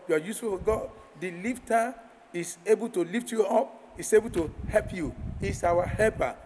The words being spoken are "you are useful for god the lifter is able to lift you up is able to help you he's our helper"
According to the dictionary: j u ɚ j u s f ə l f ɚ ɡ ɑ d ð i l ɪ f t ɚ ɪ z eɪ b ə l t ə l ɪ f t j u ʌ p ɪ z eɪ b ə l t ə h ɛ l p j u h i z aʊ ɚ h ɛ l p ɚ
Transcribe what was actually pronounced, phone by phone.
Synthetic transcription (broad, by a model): j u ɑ j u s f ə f ɡ ɑ d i l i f t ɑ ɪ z eɪ b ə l t ə l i f t j u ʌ p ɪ s eɪ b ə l t ə h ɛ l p j u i s aʊ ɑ h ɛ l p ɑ